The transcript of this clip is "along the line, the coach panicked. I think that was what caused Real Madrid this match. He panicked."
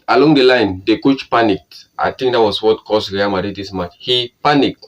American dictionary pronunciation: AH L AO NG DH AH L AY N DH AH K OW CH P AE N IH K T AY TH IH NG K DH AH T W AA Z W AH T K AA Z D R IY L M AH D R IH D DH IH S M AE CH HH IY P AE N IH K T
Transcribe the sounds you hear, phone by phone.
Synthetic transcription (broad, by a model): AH L AO NG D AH L AY N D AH K OW CH P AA N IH K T AY T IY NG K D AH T W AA S W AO T K AA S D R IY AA M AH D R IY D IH S M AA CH HH IY P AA N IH K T